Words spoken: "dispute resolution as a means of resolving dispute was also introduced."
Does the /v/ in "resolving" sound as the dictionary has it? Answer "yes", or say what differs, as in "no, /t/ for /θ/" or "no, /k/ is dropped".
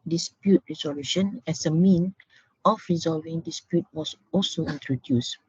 yes